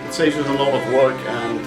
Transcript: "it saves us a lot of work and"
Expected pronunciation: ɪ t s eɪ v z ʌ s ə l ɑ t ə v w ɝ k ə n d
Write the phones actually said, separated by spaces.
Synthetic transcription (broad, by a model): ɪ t s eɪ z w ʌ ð ə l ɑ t ə v w ɝ k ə n